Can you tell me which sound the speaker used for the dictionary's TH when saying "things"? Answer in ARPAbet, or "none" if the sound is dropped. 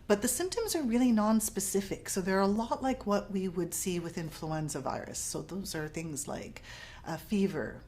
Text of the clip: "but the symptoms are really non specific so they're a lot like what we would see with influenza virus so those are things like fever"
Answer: TH